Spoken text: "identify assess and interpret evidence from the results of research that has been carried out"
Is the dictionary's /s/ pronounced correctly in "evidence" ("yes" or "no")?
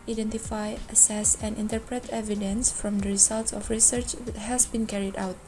yes